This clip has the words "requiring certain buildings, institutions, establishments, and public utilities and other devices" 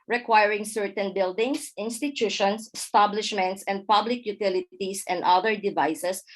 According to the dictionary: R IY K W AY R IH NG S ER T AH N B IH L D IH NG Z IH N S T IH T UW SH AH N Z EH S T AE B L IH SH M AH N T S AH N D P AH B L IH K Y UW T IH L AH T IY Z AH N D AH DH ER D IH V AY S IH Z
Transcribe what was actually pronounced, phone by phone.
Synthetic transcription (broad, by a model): R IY K W AY R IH NG S ER T AH N B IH L D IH NG S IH N S T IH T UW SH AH N S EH S T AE B L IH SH M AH N T S AH N D P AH B L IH K Y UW T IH L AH T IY S AH N D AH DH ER D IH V AY S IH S